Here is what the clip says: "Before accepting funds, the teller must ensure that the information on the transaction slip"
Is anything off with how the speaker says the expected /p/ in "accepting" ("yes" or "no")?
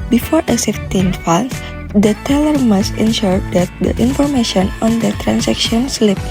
yes